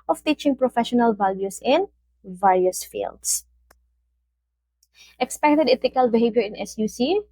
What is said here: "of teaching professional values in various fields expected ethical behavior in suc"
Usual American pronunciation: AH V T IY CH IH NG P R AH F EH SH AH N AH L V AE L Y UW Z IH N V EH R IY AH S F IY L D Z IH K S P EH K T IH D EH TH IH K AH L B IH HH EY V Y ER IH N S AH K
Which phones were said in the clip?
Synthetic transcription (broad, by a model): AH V T IY CH IH NG P R AH F EH SH AH N AH L V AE L Y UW S IH N V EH R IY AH S F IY L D S IH K S P EH K T IH D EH T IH K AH L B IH HH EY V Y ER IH N S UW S